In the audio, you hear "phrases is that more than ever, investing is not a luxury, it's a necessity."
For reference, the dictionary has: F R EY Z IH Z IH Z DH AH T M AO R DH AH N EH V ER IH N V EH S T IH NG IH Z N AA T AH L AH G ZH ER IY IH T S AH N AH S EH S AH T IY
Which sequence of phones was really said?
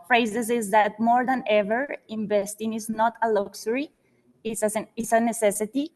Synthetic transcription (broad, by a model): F R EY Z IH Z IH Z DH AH T M AO R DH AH N EH V ER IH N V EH S T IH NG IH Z N AA T AH L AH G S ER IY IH S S AH N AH S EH S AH T IY